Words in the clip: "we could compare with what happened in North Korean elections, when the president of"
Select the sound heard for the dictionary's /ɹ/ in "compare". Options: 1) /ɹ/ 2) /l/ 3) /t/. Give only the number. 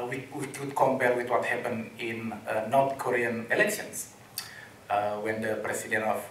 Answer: 2